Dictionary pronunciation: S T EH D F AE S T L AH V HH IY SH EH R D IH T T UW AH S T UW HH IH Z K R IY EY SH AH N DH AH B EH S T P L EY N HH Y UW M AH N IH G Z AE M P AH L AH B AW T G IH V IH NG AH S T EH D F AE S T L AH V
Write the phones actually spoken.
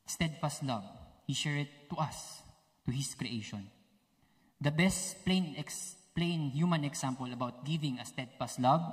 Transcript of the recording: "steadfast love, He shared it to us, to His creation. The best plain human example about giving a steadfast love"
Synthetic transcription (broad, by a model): S T EH D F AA S T L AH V HH IY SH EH R IH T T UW AH S T UW HH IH S K R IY EY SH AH N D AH B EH S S P L EY N HH Y UW M AH N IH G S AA M P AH L AH B AW T G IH V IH NG AH S T EH D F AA S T L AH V